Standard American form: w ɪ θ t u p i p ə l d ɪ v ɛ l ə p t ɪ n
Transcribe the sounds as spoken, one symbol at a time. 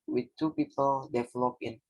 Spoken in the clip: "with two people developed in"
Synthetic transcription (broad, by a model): w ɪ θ t u p i p ə l d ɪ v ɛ l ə p ɪ n